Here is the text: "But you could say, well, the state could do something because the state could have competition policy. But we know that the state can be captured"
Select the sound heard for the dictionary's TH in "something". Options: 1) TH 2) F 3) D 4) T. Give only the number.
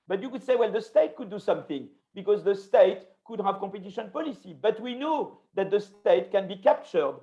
1